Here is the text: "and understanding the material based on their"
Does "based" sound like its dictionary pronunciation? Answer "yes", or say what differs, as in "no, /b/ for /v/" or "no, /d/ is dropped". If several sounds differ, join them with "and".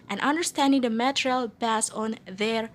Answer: no, /t/ is dropped